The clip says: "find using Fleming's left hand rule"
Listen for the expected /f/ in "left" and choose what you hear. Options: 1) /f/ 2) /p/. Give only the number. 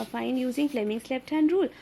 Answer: 2